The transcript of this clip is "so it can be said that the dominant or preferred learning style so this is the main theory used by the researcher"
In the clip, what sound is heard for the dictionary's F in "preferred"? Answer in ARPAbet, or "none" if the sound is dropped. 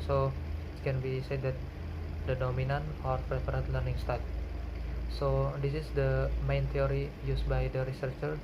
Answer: P